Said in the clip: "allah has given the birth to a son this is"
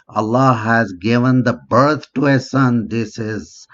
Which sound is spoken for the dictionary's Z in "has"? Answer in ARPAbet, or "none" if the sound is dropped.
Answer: Z